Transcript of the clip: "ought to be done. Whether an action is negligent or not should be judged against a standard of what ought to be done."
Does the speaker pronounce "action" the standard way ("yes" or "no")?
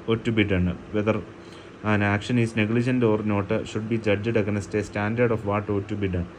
yes